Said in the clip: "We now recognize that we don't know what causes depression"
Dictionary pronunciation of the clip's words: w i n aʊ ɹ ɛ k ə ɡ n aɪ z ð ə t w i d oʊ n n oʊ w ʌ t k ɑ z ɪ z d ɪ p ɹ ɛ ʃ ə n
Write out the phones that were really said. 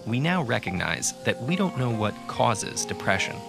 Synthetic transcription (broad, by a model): w i n aʊ ɹ ɛ k ə ɡ n aɪ z ð ə t w i d oʊ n n oʊ w ʌ t k ɑ z ɪ z d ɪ p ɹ ɛ ʃ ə n